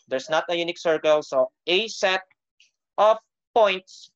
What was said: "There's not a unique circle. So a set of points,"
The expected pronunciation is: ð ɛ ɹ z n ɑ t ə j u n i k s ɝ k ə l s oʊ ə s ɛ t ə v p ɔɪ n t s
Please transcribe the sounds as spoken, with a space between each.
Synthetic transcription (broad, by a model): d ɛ ɹ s n ɑ t ə j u n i k s ɝ k ə l s oʊ ə s ɛ t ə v p ɔɪ n t s